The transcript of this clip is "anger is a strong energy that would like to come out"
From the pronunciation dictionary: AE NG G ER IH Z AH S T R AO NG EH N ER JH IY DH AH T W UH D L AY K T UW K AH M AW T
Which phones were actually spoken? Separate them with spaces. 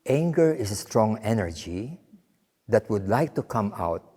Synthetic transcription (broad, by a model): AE NG G ER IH S AH S T R AO NG EH N ER JH IY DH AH T W UH D L AY K T UW K AH M AW T